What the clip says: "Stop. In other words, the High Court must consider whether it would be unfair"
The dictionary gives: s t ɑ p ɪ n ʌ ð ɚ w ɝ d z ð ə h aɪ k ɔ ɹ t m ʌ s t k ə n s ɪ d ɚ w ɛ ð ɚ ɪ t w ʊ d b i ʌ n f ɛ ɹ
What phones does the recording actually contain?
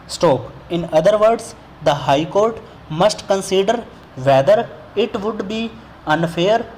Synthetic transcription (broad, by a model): s t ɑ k ɪ n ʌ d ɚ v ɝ d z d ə h aɪ k ɔ ɹ t m ʌ s t k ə n s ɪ d ɚ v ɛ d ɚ ɪ t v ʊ d b i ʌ n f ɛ ɹ